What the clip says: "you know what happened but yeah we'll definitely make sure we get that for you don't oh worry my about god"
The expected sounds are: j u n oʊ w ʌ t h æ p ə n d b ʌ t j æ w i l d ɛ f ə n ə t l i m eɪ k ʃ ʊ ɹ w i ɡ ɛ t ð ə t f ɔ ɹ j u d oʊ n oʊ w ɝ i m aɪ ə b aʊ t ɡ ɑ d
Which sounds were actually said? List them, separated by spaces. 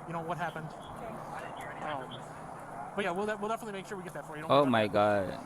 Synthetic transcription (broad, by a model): j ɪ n oʊ w ʌ t h æ p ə n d b ʌ t j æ w i l d ɛ f ə n ə t l i m eɪ k ʃ ʊ ɹ w i ɡ ɛ t ð ə t f ɔ ɹ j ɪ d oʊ oʊ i m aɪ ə ɪ ɡ ɑ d